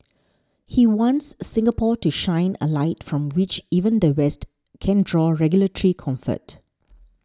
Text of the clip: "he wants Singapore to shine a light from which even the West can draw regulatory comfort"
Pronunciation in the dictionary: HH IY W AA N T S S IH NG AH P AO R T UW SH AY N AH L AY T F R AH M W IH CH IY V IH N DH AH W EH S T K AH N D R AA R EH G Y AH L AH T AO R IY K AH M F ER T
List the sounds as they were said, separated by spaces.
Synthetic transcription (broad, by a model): HH IY W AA N T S S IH NG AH P AO T UW SH AY N AH L AY T F R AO M W IH CH IY V IH N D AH W EH S T K AH N D R AA R EH G Y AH L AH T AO R IY K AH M F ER T